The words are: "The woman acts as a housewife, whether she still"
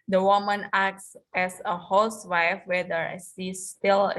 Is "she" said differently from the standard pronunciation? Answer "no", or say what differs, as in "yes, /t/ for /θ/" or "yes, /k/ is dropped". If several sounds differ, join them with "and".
yes, /s/ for /ʃ/